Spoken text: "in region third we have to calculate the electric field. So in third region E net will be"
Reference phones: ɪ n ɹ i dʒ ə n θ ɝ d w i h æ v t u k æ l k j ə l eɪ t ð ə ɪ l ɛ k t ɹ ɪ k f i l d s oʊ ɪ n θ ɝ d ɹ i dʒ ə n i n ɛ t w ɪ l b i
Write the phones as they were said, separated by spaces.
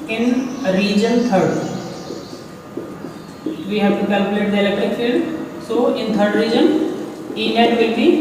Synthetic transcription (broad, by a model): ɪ n ɹ i dʒ ə n t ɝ d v i h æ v t u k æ l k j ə l eɪ t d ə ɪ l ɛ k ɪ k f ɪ d s oʊ ɪ n t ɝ d ɹ i dʒ ə n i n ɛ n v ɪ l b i